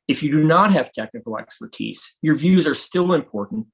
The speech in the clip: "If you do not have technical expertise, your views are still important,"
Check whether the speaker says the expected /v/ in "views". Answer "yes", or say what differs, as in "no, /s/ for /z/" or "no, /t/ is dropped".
yes